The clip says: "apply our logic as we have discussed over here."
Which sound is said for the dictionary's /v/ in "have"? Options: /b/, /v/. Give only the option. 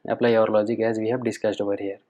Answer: /b/